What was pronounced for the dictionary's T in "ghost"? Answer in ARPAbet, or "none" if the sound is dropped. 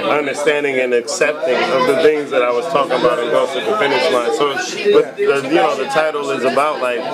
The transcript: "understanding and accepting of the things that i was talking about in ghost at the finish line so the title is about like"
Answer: none